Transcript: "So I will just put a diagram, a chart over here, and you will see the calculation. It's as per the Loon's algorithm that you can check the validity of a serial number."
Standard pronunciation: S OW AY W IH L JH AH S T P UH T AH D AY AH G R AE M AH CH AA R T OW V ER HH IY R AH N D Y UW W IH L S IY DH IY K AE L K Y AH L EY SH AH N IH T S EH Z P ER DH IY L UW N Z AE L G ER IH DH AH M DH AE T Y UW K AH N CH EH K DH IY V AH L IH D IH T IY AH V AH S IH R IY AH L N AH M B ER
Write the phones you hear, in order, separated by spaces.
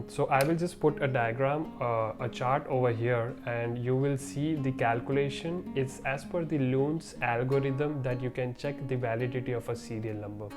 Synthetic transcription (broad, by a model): S OW AY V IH L JH AH S T P UH T AH D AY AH G R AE M AH CH AA R T OW V ER HH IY R AH N D Y UW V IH L S IY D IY K AE L K Y AH L EY SH AH N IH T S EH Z F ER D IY L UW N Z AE L G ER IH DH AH M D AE T Y UW K AH N CH EH K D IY V AH L IH D IH T IY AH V AH S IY R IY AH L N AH M B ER